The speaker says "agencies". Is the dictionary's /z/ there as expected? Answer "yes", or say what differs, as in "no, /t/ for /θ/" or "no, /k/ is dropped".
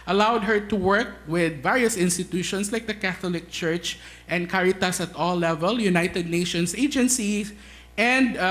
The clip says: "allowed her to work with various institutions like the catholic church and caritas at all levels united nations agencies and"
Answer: no, /s/ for /z/